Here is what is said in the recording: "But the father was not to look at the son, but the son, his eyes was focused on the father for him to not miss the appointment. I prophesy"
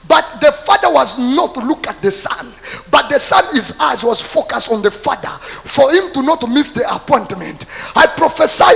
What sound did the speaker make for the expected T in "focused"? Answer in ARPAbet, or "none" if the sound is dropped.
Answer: T